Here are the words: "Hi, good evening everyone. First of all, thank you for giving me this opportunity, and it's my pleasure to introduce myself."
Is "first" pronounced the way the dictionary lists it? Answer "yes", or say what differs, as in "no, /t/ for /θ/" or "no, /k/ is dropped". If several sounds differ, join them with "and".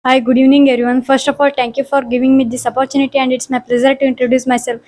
yes